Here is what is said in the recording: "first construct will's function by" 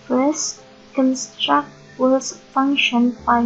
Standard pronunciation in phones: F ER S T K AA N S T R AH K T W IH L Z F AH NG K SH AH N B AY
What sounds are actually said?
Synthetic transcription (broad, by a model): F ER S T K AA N S T R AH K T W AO Z F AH NG K SH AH N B AY